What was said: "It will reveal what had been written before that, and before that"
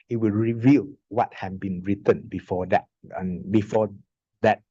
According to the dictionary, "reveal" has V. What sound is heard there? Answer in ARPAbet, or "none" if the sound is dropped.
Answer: V